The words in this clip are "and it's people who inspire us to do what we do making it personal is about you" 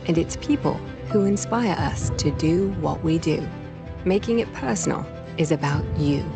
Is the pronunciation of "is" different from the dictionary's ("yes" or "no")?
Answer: no